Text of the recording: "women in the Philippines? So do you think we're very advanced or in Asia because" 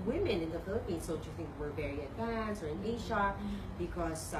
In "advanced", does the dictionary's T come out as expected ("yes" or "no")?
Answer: no